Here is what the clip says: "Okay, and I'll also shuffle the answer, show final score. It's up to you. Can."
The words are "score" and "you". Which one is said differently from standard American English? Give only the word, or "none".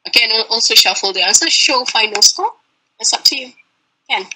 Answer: score